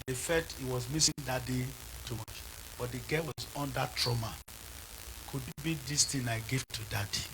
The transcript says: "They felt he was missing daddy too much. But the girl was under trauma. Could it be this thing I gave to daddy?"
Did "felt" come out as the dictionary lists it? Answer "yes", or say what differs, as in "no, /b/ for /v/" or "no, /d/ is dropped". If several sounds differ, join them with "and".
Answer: no, /l/ is dropped